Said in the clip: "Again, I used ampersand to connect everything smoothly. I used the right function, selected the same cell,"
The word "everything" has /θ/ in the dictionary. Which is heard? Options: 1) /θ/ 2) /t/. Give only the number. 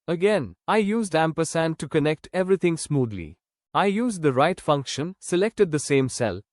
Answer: 2